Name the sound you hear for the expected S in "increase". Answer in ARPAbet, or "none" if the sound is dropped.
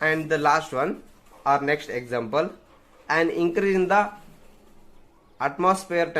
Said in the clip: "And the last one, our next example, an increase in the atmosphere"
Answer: none